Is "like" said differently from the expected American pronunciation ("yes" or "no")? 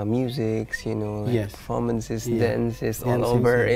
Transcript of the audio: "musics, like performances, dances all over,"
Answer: yes